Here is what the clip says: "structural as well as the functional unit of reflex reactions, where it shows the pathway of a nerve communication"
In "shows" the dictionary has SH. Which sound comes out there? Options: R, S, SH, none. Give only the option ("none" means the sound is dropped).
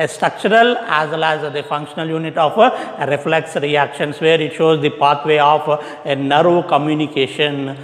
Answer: SH